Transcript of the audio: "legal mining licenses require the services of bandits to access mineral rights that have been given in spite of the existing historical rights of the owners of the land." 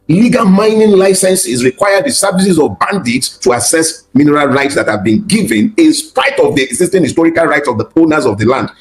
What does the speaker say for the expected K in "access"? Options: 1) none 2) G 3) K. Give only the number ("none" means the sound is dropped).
1